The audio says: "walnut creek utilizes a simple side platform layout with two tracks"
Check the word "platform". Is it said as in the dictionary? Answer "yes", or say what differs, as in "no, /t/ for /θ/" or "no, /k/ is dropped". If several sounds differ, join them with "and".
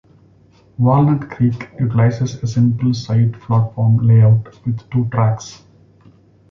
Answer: no, /f/ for /p/